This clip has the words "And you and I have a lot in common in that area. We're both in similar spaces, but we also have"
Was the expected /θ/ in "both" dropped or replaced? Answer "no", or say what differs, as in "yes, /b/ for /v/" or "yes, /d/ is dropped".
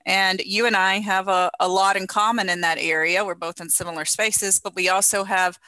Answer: no